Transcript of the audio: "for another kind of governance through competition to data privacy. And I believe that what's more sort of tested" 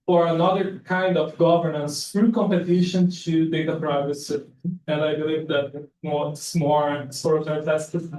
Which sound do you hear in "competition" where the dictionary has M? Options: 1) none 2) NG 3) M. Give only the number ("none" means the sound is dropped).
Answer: 3